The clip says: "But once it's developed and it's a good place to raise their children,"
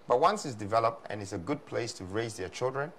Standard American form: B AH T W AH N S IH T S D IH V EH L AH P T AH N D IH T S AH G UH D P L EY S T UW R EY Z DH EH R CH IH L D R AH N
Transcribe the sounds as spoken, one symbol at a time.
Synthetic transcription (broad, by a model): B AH T W AH N S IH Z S D IH V EH L AH P T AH N IH T S AH G UH D P L EY S T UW R EY Z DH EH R CH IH L D R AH N